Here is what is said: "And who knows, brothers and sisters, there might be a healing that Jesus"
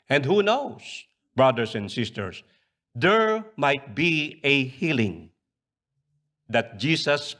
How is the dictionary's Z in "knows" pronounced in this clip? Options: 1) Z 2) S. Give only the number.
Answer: 2